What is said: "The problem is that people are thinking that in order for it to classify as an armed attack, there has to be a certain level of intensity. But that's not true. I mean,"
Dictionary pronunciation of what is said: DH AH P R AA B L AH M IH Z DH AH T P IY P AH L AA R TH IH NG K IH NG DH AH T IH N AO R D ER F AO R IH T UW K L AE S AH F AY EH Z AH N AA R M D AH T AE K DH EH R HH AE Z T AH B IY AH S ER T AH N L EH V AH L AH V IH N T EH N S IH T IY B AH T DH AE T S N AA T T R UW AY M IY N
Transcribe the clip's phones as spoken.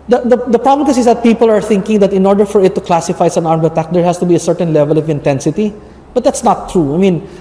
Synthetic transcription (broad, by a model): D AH P R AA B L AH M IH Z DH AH T P IY P AH L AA R TH IH NG K IH NG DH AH T IH N AO R D ER F AO R IH T UW K L AE S AH F AY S AH N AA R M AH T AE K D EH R HH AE S T AH B IY AH S ER T AH N L EH V AH L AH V IH N T EH N S IH T IY B AH T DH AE T S N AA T T R UW AY M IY N